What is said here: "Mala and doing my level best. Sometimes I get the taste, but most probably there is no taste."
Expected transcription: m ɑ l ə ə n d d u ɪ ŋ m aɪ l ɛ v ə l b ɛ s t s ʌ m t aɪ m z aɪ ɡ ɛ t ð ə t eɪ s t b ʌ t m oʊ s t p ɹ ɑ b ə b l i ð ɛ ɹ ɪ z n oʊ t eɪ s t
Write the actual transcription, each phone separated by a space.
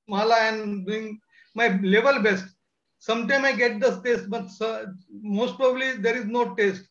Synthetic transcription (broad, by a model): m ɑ l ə ə n d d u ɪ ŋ m aɪ l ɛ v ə l b ɛ s t s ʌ m t aɪ m aɪ ɡ ɛ t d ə t eɪ s t b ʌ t m oʊ s t p ɹ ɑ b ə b l i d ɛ ɹ ɪ z n oʊ t eɪ s t